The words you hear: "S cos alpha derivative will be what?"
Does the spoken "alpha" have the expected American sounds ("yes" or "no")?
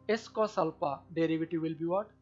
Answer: no